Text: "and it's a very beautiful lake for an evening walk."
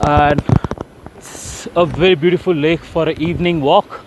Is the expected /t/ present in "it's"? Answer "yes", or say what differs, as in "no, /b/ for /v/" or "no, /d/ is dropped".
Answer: no, /s/ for /t/